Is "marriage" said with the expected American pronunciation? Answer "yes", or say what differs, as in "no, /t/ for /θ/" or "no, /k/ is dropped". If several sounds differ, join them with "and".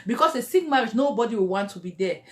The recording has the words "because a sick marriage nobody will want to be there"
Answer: no, /z/ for /dʒ/